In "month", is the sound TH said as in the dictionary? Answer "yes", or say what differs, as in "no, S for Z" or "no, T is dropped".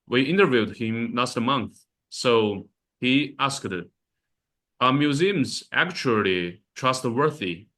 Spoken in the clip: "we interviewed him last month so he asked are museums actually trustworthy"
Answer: yes